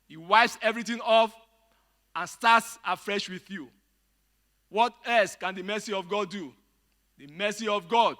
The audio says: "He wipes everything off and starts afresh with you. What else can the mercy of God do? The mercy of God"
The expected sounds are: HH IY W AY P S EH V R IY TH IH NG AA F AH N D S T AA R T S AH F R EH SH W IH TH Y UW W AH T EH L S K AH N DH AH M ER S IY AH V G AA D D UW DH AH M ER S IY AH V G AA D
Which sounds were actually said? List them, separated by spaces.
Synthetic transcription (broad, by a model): HH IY W AY P S EH V R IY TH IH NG AA F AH N S T AA T S AH F R EH SH W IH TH Y UW W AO T EH L S K AH N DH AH M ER S IY AH V G AA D D UW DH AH M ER S IY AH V G AA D